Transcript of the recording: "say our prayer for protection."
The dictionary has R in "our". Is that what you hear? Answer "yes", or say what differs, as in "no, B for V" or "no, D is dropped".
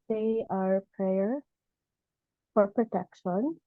yes